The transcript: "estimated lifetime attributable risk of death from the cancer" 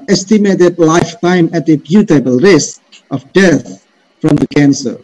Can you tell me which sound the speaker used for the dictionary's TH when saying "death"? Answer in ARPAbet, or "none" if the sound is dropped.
T